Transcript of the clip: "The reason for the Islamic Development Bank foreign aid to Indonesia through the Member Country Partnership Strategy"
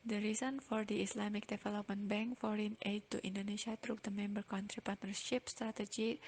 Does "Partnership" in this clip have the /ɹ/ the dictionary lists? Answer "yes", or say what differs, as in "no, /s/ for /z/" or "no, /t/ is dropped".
yes